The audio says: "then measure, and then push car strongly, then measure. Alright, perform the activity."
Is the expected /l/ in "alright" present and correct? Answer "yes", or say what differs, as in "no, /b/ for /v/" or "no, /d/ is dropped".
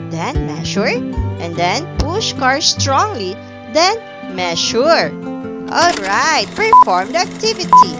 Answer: yes